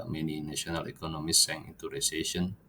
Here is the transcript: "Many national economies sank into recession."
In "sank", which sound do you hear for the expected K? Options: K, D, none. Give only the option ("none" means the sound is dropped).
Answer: none